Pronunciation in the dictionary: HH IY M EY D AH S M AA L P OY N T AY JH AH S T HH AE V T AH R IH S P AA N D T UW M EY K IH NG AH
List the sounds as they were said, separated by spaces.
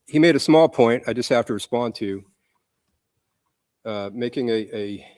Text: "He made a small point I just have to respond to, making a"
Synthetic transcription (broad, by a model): HH IY M EY D AH S M AA L P OY N T AY JH AH S T HH AE F T AH R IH S P AA N T UW M EY K IH NG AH